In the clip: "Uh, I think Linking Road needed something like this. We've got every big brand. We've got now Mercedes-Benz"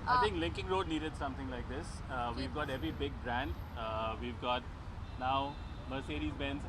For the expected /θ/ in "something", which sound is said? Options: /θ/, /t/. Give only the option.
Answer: /t/